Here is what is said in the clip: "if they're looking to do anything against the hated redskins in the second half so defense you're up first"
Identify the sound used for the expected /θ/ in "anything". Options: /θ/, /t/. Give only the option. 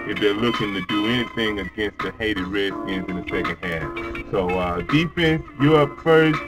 /θ/